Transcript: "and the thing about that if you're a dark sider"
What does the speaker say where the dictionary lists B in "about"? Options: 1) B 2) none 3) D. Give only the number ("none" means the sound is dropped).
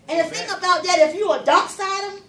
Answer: 1